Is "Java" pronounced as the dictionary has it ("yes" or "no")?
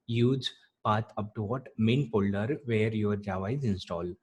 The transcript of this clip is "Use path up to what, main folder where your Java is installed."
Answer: yes